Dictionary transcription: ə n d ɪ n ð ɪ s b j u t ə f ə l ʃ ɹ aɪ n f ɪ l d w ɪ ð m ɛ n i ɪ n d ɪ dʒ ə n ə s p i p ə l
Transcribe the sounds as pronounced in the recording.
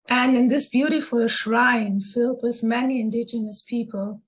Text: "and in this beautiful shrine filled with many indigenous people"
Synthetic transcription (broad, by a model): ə n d ɪ n ð ɪ s b j u t ə f ə l ʃ ɹ aɪ n f ɪ l d w ɪ ð m ɛ n i ɪ n d ɪ dʒ ə n ə s p i p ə l